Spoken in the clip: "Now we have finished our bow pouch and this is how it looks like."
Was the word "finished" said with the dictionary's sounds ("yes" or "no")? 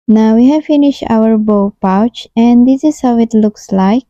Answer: yes